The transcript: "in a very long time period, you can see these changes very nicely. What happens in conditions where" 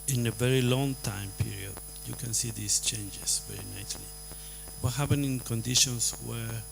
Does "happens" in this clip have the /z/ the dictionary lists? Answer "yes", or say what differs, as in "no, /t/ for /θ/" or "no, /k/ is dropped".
no, /z/ is dropped